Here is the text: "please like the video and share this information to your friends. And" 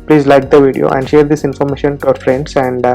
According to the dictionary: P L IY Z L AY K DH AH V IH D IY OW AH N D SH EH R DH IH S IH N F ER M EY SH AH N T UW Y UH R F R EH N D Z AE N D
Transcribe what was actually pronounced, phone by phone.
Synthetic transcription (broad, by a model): P L IY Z L AY K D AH V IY D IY OW AH N D SH EH R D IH S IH N F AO M EY SH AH N T UW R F R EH N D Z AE N D